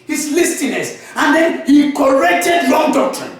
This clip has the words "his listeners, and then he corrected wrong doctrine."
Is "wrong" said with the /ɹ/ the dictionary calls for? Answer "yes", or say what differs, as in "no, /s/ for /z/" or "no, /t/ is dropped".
no, /l/ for /ɹ/